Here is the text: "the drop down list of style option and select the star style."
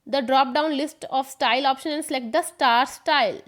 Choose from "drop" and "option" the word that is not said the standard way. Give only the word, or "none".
none